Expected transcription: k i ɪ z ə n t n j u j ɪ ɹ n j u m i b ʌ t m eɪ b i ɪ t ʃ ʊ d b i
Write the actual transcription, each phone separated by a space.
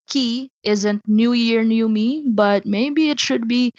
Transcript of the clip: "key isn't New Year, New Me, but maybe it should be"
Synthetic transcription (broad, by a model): k i ɪ z ə n t n j u j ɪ ɹ n j u m i b ʌ t m eɪ b i ɪ t ʃ ʊ d b i